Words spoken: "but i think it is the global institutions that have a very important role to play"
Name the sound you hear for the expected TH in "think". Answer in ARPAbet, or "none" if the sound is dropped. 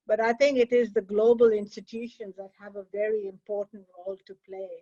T